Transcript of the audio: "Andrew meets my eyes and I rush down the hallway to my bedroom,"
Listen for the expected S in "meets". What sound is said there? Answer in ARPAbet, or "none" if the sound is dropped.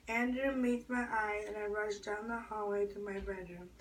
none